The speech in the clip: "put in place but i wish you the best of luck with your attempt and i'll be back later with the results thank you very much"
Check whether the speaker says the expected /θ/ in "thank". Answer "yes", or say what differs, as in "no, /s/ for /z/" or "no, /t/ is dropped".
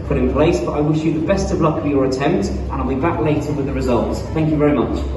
yes